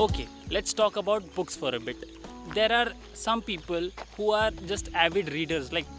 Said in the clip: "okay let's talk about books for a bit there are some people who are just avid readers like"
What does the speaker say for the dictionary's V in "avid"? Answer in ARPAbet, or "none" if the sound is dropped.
V